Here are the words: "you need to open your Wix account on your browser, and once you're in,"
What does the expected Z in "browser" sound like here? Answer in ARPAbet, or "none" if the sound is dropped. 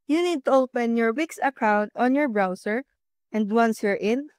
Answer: S